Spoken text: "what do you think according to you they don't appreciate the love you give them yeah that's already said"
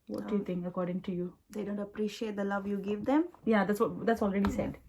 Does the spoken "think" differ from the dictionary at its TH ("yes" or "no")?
yes